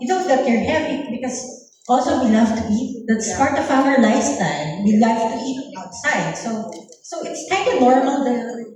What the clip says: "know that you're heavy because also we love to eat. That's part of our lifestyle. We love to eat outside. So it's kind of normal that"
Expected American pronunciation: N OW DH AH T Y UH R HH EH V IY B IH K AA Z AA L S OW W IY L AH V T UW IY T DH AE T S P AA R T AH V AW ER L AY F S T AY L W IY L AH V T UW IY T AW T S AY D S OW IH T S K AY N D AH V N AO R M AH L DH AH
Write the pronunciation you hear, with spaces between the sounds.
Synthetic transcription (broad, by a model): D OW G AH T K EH R HH EH V IY B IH K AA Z AA L S OW W IY L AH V T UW IY T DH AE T S P AA R T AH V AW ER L AY S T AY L W IY L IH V T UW IY T AW T S AY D S OW IH T S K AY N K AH N AO R M AH L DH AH